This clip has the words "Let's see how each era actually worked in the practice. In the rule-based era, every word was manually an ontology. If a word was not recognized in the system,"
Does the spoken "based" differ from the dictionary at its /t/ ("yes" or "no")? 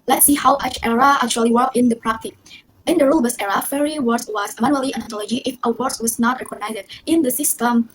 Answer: yes